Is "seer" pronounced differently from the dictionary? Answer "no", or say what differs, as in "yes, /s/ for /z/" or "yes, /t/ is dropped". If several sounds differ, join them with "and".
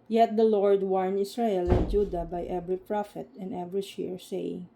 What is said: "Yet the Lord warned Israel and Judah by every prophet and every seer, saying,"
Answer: yes, /ʃ/ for /s/